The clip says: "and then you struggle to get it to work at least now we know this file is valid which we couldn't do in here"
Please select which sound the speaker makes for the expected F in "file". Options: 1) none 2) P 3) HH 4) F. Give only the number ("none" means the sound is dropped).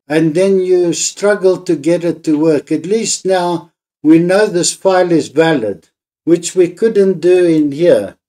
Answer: 2